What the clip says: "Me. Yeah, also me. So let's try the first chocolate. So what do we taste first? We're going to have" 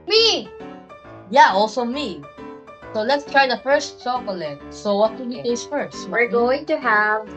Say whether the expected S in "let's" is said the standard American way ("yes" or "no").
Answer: yes